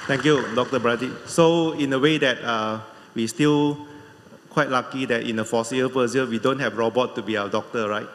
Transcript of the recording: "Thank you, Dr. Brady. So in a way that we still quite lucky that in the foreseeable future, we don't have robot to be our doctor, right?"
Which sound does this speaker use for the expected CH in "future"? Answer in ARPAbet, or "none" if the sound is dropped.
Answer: none